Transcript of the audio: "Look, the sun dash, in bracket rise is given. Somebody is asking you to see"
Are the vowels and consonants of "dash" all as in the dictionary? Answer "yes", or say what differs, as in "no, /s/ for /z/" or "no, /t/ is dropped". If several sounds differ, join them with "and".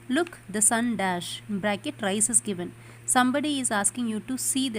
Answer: yes